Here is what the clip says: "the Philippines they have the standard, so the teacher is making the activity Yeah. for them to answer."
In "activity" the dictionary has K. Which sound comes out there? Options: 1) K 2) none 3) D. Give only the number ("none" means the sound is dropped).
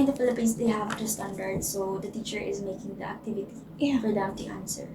1